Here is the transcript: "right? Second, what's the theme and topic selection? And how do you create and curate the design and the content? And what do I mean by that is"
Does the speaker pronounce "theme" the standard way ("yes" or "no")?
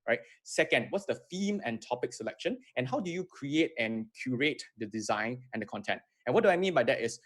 no